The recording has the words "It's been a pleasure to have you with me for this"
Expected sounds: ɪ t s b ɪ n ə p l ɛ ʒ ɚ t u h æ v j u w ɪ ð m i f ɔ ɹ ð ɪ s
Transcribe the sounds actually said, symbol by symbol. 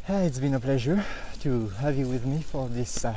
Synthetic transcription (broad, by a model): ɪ t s b ɪ n ə p l ɛ ʒ ɚ t u h æ v j u w ɪ ð m i f ɔ ɹ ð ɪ s